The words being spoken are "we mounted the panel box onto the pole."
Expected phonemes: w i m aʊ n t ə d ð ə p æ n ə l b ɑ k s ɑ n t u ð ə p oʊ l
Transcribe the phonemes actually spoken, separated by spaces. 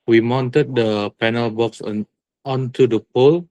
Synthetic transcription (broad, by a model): w i m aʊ n t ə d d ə p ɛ n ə l b ɑ k s ɑ n t u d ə p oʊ l